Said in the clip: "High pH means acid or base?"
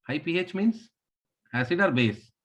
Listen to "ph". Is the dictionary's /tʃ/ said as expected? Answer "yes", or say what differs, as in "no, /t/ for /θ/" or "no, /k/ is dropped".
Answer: yes